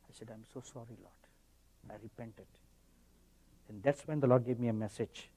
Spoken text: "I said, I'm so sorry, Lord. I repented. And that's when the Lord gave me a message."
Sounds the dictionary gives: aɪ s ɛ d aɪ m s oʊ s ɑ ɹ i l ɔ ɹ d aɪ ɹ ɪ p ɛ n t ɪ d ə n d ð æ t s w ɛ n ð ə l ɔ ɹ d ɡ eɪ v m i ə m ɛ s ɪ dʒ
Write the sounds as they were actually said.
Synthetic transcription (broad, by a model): aɪ s ɛ d aɪ m s oʊ s ɑ ɹ i l ɔ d aɪ ɹ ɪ p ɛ n t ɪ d ə n d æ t s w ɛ n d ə l ɔ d ɡ eɪ v m i ə m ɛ s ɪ dʒ